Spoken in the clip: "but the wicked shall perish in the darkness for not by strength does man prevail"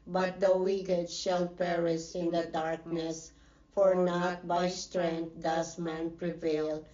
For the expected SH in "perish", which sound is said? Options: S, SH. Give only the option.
S